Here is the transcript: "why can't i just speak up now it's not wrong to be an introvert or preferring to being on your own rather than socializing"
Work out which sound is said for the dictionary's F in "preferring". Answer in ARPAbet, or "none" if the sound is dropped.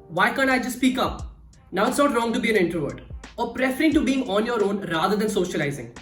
F